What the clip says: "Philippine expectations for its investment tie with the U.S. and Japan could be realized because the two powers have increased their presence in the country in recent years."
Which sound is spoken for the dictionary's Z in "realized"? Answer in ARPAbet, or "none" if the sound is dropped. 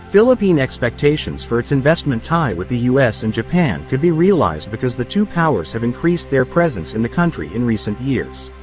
Z